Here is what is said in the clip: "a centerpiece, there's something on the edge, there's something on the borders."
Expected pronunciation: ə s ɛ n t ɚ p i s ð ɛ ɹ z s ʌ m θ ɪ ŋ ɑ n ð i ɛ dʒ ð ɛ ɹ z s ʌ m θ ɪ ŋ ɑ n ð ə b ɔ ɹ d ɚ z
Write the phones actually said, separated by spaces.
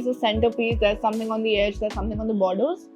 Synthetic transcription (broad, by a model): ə s ɛ n t ɚ p i s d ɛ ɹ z s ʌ m t ɪ ŋ ɑ n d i ɛ dʒ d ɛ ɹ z s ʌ m t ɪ ŋ ɑ n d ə b ɔ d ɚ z